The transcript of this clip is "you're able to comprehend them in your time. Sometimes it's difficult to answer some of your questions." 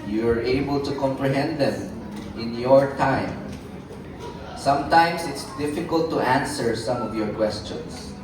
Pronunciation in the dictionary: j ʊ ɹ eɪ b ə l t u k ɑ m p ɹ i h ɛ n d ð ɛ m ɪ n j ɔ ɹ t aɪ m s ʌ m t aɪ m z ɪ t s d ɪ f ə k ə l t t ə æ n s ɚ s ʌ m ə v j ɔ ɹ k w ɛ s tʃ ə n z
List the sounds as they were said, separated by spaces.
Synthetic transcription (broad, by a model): j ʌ ɹ eɪ b ə l t u k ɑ m p ɹ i h ɛ n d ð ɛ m ɪ n j ɔ ɹ t aɪ m s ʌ m t aɪ m s ɪ t s d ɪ f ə k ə l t t æ n s ɚ s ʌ m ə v j ɔ ɹ k w ɛ s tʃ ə n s